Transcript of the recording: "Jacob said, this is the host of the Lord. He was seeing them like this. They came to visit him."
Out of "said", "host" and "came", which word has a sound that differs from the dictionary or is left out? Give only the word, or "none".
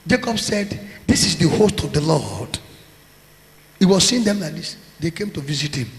none